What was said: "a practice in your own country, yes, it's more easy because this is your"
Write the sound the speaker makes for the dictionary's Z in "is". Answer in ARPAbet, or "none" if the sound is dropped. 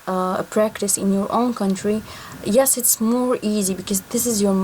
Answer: Z